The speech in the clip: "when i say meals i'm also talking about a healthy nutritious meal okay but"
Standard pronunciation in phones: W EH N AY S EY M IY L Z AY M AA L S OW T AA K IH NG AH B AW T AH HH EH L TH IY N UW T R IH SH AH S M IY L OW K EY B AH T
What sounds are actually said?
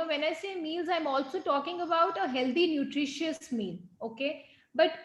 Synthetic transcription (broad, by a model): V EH N AY S EY M IY L Z AY M AA L S OW T AA K IH NG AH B AW T AH HH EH L T IY N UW T R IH SH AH S M IY L OW K EY B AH T